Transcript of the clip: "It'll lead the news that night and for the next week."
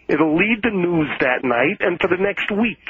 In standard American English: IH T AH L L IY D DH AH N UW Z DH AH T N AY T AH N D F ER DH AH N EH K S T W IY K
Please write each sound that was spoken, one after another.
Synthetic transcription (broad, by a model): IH T L L IY D DH AH N UW Z DH AH T N AY T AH N F ER DH AH N EH K S T W IY K